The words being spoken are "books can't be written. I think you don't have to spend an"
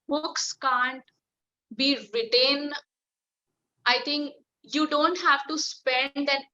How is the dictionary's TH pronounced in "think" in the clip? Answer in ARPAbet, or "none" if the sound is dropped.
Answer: T